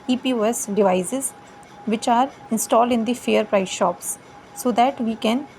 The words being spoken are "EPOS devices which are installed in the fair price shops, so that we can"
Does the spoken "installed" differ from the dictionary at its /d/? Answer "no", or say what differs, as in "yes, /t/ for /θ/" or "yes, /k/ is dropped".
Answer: no